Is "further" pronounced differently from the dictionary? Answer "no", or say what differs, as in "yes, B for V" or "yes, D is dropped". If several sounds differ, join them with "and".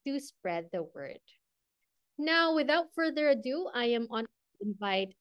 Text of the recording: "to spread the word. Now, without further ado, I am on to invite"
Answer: no